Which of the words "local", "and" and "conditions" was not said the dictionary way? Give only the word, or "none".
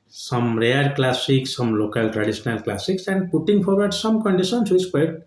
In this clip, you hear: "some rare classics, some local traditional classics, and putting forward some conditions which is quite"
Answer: conditions